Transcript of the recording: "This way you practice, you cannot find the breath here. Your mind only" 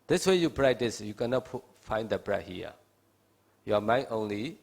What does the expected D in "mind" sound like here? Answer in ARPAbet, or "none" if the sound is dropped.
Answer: none